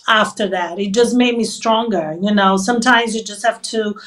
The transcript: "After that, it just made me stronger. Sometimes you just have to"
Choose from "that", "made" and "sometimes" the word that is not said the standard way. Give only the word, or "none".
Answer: none